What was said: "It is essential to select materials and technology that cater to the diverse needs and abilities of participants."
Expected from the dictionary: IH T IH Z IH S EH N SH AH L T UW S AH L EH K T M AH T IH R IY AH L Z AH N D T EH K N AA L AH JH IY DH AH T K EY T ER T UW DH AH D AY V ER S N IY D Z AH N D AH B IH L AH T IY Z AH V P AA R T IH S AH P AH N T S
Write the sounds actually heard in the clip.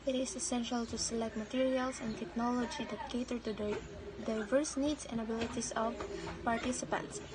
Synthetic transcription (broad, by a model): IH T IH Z IH S EH N SH AH L T UW S AH L EH K T M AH T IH R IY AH L S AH N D T EH K N AA L AH JH IY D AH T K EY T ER T UW D AY V ER S N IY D S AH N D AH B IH L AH T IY S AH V P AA R T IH S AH P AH N T S